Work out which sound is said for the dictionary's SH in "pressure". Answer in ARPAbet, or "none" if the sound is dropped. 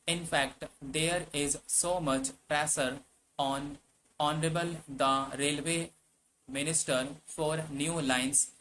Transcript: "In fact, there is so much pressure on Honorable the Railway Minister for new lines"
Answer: S